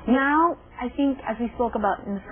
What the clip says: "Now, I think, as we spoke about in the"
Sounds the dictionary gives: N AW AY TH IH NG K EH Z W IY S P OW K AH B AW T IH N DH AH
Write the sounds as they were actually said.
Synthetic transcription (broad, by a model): N AW AY TH IH NG K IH Z W IY S P OW K AH B AW T IH N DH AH